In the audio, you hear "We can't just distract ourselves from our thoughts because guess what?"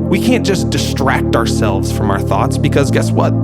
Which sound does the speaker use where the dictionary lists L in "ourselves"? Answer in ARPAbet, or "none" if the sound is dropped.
L